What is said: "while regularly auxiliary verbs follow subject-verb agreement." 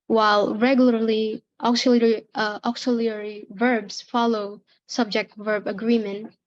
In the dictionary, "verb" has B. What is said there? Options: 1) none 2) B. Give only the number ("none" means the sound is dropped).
2